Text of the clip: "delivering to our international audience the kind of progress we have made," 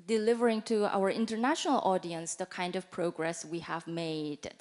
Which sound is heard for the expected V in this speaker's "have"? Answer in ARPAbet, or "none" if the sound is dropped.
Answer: V